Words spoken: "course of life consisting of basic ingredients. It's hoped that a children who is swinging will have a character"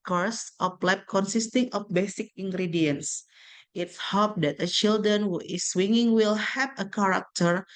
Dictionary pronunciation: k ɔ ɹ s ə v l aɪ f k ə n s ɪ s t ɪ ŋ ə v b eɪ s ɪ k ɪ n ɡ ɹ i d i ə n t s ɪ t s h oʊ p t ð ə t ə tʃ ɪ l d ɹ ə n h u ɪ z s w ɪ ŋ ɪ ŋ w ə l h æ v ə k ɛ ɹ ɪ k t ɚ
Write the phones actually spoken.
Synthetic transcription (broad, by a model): k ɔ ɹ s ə p l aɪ p k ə n s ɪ s t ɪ ŋ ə f b eɪ s ɪ k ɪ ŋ ɡ ɹ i d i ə n s ɪ t s h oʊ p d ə t ə tʃ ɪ l d ɹ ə n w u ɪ s w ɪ ŋ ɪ ŋ w ə l h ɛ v ə k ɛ ɹ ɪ k t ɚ